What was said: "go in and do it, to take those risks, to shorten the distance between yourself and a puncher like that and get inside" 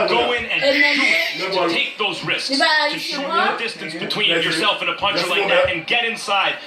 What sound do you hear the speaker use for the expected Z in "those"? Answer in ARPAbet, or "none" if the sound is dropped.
Z